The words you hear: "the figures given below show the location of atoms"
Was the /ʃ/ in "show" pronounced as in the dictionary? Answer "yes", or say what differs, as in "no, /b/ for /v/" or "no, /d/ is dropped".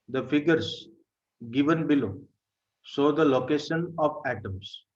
no, /s/ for /ʃ/